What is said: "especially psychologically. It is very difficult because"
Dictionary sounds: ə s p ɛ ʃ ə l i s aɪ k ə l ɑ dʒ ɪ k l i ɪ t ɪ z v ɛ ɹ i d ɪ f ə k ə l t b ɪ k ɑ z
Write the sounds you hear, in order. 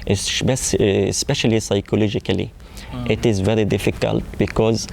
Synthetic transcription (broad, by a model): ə s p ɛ ʃ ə l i s aɪ k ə l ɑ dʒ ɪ k l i ɪ t ɪ z v ɛ ɹ i d ɪ f ə k ə l t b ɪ k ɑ z